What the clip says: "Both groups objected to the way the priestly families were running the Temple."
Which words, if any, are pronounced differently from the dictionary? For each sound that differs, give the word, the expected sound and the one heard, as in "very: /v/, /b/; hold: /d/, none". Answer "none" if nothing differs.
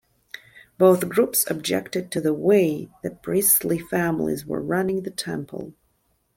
none